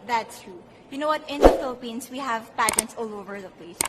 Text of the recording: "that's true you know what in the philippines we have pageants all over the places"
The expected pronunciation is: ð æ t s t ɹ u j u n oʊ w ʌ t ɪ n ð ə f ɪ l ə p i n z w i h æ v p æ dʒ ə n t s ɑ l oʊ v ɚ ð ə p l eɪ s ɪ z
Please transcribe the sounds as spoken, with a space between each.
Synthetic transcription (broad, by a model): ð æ t s t ɹ u j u n oʊ w ʌ t ɪ n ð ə f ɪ l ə p i n s w i h æ v p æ dʒ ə t s ɑ l oʊ v ɚ ð ə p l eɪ s